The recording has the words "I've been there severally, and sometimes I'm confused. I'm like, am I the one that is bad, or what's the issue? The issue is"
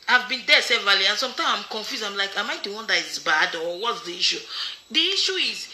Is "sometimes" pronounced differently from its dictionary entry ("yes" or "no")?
yes